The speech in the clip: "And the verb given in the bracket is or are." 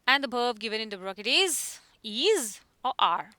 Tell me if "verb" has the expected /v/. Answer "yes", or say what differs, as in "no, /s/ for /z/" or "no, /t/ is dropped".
no, /b/ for /v/